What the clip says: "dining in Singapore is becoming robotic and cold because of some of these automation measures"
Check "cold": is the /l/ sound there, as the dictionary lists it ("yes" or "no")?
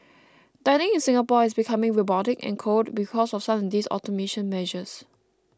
no